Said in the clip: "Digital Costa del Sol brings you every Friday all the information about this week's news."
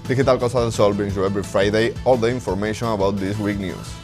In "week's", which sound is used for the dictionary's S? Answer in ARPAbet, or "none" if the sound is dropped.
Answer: none